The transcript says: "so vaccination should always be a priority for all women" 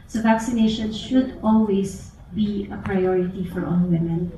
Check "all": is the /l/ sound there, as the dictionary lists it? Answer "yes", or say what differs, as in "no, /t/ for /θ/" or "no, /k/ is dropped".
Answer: no, /n/ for /l/